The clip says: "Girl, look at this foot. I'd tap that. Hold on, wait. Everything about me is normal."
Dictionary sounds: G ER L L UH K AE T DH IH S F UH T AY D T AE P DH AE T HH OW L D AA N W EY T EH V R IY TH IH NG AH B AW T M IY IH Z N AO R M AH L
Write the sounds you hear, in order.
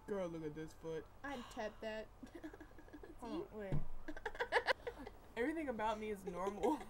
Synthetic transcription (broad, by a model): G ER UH L UH K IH T DH IH S F UH T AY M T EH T DH AE T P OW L IY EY EH V R IY TH IH NG AH B AW T M IY IH Z N AO R M L